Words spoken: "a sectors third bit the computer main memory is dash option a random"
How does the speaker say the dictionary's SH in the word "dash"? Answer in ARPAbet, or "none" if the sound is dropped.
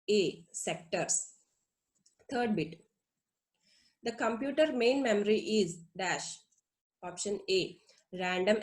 SH